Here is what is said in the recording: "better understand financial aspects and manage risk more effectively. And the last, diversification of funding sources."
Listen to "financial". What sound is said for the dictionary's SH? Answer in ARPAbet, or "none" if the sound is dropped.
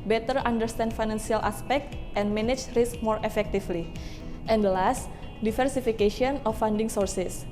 S